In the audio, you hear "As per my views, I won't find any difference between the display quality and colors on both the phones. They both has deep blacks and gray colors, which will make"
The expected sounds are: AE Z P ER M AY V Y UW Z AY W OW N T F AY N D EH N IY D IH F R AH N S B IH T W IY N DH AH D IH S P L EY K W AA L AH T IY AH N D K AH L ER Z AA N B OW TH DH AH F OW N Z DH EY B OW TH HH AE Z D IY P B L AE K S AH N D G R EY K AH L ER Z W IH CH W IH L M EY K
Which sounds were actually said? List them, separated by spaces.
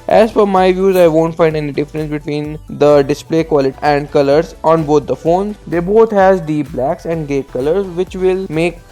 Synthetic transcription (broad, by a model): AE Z F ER M AY V Y UW Z AY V OW N T F AY N D EH N IY D IH F R AH N S B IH T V IY N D AH D IH S P L EY K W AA L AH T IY AH N D K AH L ER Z AA N B OW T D AH F OW N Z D EY B OW T HH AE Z D IY P B L AE K S AH N D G EY K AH L ER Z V IH CH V IH L M EY K